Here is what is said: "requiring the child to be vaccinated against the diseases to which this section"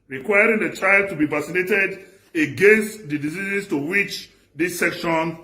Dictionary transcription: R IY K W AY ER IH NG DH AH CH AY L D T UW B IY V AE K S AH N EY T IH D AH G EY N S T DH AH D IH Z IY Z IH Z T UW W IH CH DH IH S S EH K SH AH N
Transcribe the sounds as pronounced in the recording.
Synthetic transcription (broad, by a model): R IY K W AY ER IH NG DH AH CH AY L D T UW B IY V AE S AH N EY T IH D AH G EY N S T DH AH D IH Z IY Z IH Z T UW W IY CH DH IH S S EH K SH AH N